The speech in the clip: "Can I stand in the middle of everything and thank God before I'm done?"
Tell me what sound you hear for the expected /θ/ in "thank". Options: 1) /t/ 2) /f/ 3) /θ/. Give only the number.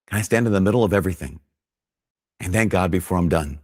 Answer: 3